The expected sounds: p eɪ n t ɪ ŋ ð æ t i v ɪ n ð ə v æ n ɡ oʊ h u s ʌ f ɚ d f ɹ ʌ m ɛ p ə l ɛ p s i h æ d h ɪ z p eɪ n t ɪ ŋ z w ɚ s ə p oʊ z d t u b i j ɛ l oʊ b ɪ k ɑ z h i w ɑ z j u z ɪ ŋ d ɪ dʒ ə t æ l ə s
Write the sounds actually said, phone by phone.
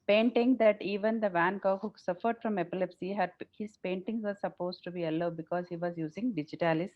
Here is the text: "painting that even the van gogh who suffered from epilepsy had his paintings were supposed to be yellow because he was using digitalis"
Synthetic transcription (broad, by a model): p eɪ n t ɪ ŋ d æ t i v ɪ n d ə v æ n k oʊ h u s ʌ f ɚ d f ɹ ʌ m ɛ p ə l ɛ p s i h æ d h ɪ z p eɪ n t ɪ ŋ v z s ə p oʊ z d t u b i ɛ l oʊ b ɪ k ɑ z h i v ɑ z j u z ɪ ŋ d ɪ dʒ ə t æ l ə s